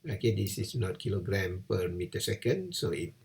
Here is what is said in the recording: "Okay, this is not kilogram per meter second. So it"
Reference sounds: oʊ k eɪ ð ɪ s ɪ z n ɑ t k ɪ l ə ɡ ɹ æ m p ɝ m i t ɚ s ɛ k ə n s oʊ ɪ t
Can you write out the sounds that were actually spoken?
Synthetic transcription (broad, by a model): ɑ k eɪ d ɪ s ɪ s n ɑ t k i l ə ɡ ɹ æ m p ɝ m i t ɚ s ɛ k ə n s oʊ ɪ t